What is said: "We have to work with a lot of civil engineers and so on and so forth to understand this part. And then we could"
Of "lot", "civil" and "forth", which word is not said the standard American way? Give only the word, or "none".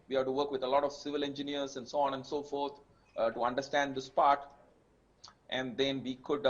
forth